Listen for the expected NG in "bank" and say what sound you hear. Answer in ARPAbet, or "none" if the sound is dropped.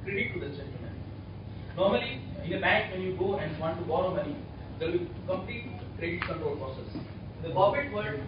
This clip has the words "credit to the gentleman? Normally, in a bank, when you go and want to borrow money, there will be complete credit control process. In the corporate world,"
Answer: none